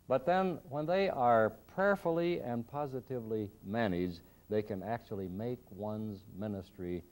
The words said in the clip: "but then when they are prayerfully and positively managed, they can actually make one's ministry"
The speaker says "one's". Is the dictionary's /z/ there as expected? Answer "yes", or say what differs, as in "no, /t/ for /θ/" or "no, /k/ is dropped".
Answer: yes